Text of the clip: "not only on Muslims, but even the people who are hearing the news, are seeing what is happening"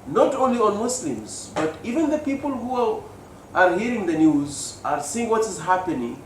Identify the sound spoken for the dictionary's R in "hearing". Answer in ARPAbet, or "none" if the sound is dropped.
R